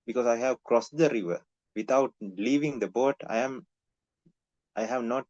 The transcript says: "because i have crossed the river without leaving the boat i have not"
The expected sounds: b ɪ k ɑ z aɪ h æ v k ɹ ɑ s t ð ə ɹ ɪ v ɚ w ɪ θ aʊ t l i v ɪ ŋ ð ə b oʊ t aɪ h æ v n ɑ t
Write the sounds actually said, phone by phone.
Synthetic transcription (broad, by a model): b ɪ k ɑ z aɪ h æ v k ɹ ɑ s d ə ɹ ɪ v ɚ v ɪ t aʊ t l i v ɪ ŋ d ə b oʊ t aɪ h æ v n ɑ t